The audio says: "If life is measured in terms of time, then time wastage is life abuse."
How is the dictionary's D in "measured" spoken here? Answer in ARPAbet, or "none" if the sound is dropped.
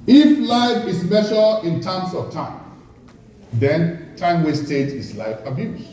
none